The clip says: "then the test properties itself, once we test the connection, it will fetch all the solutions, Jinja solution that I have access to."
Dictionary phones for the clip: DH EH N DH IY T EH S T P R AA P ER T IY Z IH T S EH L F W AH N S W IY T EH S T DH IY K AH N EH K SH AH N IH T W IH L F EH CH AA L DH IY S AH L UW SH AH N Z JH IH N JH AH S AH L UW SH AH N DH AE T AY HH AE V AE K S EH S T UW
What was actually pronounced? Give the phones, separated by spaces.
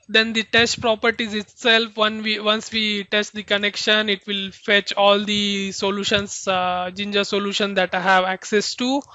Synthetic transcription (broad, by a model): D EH N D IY T EH S T P R AA P ER T IY Z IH T S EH L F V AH N S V IY T EH S T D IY K AH N EH K SH AH N IH T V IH L F EH CH AA L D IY S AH L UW SH AH N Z JH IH N JH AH S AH L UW SH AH N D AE T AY HH AE V AE K S EH S T UW